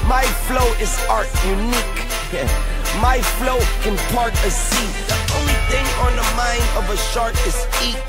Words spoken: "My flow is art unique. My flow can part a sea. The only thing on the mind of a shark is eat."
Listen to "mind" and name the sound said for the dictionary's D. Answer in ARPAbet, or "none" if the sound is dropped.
D